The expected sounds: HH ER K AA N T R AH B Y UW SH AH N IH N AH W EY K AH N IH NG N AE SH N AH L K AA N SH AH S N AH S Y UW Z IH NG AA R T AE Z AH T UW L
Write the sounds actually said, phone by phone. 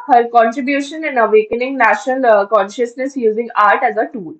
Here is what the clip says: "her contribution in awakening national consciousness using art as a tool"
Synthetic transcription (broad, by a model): HH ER K AA N T R AH B Y UW SH AH N IH N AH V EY K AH N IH NG N AE SH N AH L K AA N SH AH S N AH S Y UW Z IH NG AA R T AE Z AH T UW L